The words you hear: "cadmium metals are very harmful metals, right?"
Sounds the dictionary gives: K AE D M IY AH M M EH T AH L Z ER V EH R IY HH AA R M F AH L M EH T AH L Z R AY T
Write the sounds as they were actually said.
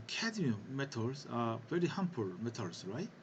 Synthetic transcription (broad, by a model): K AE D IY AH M M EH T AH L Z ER V EH R IY HH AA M P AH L M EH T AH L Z R AY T